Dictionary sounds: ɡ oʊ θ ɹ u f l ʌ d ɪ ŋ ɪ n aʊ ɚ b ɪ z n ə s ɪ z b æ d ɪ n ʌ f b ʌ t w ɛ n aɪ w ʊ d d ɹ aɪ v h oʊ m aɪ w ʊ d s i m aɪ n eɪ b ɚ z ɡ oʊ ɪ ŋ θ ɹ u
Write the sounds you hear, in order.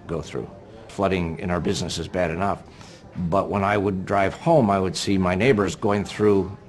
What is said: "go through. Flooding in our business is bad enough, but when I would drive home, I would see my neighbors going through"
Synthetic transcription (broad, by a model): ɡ oʊ θ ɹ u f l ʌ d ɪ ŋ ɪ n aʊ ɚ b ɪ z n ə s ɪ z b æ d ɪ n ʌ f b ʌ t w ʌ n aɪ w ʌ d d ɹ aɪ v h oʊ m aɪ w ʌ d s i m aɪ n eɪ b ɚ z ɡ oʊ ɪ ŋ θ ɹ u